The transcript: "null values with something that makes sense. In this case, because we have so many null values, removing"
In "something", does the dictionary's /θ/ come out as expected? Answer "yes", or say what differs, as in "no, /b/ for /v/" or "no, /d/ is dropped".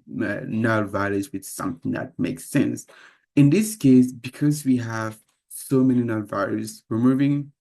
yes